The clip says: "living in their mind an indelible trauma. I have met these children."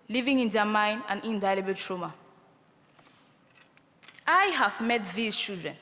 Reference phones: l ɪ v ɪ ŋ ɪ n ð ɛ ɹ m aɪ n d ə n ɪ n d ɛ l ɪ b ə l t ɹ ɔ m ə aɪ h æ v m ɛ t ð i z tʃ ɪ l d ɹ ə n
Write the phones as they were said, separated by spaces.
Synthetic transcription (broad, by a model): l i v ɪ ŋ ɪ n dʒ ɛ m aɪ n ə n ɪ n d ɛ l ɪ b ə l t ɹ ɔ m ə aɪ h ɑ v m ɛ t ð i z tʃ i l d ɹ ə n